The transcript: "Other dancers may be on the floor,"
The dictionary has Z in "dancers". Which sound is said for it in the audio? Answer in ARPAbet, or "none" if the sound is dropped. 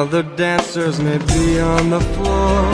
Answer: Z